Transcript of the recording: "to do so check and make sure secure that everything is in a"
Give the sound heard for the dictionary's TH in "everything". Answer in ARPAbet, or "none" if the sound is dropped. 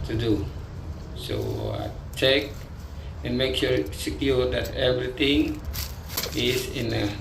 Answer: T